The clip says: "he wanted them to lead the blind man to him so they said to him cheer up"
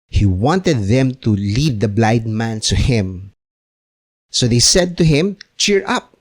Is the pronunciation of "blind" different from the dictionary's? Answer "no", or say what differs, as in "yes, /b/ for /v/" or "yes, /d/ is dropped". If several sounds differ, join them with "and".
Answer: yes, /n/ is dropped